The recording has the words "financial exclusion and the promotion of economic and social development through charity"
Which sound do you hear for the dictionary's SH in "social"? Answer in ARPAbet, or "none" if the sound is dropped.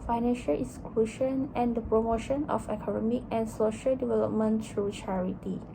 SH